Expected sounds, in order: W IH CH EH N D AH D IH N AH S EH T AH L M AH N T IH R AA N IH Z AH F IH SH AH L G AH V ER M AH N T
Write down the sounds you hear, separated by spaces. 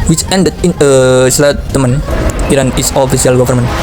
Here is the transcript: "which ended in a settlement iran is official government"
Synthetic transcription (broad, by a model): W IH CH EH N D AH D IH N AH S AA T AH M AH N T IH R AA N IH S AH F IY S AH L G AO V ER M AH N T